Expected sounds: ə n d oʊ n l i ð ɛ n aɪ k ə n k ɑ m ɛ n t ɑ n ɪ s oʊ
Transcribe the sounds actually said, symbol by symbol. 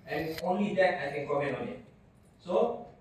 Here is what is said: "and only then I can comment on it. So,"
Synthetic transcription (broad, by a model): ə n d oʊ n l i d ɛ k aɪ k ə n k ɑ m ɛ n ɑ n ɪ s oʊ